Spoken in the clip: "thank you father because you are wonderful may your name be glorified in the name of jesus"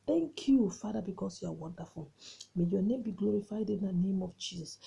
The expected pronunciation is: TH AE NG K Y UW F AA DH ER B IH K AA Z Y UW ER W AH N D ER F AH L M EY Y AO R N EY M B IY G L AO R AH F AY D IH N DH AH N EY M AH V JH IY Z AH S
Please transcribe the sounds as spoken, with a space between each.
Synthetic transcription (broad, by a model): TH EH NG K Y UW F AA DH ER B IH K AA S Y UW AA W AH N D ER F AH L M EY Y AO N EY M B IY G L AO R AH F AY D IH N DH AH N EY M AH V JH IY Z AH S